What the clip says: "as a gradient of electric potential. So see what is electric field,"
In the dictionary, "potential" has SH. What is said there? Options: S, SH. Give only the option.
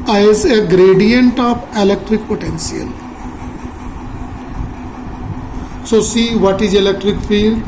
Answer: S